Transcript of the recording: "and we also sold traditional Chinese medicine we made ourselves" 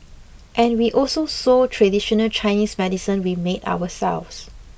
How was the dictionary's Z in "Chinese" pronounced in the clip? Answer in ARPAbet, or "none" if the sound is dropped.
S